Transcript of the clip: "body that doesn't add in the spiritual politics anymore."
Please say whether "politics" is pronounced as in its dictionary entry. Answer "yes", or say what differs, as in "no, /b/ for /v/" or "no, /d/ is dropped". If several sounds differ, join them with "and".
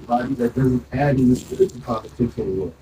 no, /s/ is dropped